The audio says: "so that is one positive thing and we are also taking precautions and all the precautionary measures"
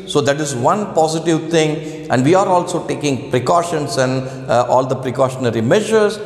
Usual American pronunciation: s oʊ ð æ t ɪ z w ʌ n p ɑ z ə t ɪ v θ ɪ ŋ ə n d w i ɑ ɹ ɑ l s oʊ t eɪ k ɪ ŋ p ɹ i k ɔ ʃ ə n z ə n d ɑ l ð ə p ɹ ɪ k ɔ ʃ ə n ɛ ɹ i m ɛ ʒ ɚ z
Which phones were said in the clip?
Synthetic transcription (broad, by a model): s oʊ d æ t ɪ z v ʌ n p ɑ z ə t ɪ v t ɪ ŋ ə n d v i ɑ ɹ ɑ l s oʊ t eɪ k ɪ ŋ p ɹ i k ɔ ʃ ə n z ə n d ɑ l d ə p ɹ ɪ k ɔ ʃ ə n ɛ ɹ i m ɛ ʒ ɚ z